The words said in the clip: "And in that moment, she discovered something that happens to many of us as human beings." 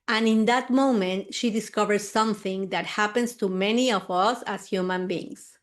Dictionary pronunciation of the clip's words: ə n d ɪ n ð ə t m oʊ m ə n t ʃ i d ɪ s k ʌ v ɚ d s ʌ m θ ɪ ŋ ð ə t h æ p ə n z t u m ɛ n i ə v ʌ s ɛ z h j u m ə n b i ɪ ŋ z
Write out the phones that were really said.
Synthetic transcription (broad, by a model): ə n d ɪ n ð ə t m oʊ m ə n t ʃ i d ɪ s k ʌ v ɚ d s ʌ m θ ɪ ŋ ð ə t h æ p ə n s t u m ɛ n i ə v ʌ s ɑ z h j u m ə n b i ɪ ŋ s